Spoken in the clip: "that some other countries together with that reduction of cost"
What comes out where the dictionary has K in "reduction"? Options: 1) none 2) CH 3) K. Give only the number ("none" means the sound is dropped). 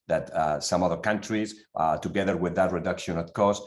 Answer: 3